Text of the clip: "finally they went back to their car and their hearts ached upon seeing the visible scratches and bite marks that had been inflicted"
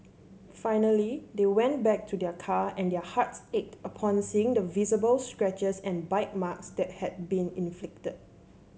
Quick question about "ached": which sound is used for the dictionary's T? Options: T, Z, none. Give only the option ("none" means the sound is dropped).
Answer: T